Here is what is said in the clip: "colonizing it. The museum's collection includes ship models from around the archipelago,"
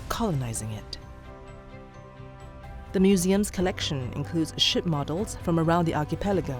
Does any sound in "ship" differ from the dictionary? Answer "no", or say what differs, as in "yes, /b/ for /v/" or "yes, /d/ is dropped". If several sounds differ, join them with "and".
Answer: no